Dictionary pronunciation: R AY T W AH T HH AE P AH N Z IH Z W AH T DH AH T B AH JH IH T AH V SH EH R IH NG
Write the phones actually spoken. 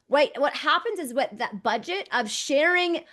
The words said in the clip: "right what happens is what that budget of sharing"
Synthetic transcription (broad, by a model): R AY T W AH T HH AE P AH N Z IH Z W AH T DH AH T B AH JH IH T AH V SH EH R IH NG